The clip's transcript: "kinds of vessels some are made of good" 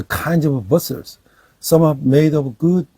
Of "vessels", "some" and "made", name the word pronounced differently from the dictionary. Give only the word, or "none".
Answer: vessels